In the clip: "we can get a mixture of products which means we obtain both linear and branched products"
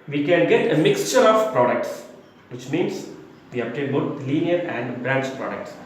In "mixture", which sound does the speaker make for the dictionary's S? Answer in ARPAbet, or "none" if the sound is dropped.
S